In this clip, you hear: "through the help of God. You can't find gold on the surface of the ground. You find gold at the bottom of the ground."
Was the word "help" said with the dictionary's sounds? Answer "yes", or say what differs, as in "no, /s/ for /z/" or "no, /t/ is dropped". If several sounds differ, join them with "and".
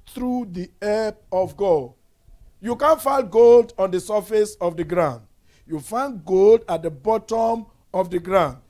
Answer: no, /l/ is dropped